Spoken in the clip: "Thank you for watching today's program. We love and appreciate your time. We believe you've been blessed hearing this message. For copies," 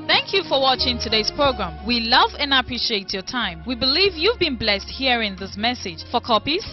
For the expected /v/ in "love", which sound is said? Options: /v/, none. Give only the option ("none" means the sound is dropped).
/v/